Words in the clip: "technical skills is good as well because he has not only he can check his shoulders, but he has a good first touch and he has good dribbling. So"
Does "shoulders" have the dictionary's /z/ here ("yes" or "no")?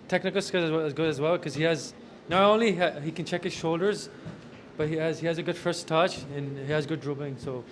yes